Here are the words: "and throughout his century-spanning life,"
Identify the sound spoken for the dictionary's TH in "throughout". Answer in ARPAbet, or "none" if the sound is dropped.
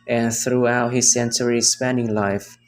TH